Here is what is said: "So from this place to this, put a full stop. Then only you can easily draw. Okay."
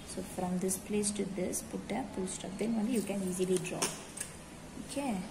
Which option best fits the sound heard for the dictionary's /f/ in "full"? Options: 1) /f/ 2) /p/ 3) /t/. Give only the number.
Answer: 2